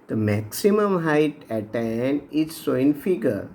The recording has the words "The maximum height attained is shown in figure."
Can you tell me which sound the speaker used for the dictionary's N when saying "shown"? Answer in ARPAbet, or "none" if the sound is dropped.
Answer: none